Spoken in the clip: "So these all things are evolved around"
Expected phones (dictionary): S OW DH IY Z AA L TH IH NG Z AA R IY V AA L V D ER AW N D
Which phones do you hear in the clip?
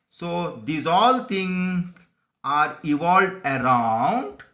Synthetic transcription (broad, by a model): S OW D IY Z AA L T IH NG AA R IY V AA L D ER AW N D